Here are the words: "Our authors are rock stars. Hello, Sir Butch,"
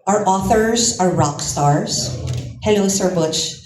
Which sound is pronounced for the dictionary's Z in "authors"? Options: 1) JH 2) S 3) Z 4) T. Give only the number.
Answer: 3